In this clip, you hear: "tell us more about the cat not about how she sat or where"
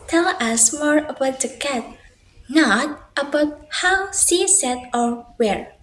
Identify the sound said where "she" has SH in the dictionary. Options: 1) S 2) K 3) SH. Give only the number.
1